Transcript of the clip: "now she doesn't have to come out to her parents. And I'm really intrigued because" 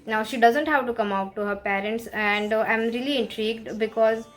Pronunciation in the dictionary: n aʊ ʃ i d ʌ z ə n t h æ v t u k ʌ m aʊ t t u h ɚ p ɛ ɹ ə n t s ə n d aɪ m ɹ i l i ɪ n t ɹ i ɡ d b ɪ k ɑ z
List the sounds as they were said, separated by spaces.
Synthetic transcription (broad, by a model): n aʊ ʃ i d ʌ z ə n t h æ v t u k ʌ m aʊ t t u h ɚ p ɛ ɹ ə n t s ə n d aɪ m ɹ i l i ɪ n t ɹ i ɡ d b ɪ k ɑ z